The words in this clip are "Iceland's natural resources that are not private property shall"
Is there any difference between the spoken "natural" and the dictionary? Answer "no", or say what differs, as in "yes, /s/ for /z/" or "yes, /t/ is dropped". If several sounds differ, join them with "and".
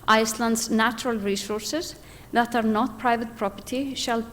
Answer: no